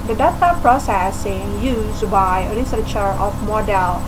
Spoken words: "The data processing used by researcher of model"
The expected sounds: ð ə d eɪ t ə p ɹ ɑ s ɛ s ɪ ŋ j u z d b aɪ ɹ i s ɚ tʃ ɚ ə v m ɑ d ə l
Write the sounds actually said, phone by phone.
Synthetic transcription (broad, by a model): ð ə d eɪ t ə p ɹ ɑ s ɛ s ɪ ŋ j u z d b aɪ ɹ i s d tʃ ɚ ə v m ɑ d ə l